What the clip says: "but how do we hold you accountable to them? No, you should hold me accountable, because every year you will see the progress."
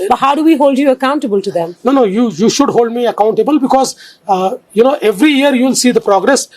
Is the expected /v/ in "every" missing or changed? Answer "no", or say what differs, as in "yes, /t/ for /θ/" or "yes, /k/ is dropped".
no